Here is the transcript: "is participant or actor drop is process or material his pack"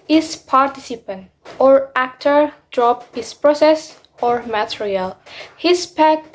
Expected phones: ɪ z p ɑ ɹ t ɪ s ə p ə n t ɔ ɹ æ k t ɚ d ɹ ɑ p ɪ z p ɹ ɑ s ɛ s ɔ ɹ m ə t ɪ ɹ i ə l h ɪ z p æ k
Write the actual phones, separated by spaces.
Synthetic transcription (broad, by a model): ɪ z p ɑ ɹ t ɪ s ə p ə n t ɔ ɹ æ k t ɚ d ɹ ɑ p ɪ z p ɹ ɑ s ɛ s ɔ ɹ m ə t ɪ ɹ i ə l h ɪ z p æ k